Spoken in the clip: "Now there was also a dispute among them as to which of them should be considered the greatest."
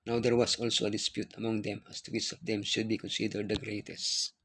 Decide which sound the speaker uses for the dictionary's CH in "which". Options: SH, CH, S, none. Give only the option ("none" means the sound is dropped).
S